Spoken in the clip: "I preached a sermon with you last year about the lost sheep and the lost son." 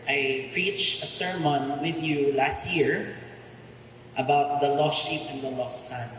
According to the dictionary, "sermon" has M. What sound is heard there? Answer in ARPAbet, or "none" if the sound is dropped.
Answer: M